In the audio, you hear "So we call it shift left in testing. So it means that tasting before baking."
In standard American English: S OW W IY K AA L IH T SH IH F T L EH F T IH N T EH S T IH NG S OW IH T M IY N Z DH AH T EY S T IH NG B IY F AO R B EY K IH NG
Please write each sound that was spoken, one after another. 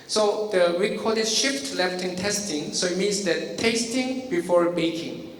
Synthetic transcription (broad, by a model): S OW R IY K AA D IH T SH IH F T L EH F T IH N T EH S T IH NG S OW IH T M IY N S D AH T EY S T IH NG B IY F AO R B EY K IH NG